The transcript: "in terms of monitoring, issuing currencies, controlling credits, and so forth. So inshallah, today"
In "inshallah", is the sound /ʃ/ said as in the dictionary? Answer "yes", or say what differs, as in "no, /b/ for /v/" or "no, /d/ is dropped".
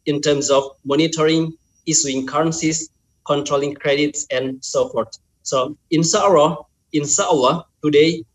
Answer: no, /s/ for /ʃ/